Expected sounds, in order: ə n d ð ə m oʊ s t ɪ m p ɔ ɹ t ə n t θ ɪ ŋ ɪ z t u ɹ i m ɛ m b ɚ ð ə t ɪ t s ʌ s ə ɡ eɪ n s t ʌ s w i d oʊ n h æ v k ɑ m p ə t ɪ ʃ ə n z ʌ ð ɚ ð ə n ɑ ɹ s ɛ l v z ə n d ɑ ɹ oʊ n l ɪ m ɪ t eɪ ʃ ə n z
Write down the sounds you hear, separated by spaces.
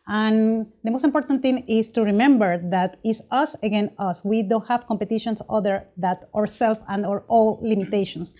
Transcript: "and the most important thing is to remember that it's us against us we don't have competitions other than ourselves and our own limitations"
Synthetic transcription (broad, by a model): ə n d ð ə m oʊ s t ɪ m p ɔ ɹ t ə n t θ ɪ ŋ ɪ s t u ɹ i m ɛ m b ɚ ð ə t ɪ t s ʌ s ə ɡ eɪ n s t ʌ s w i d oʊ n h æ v k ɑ m p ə t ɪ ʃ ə n s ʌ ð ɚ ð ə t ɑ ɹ s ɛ l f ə n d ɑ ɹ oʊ l l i m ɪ t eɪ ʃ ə n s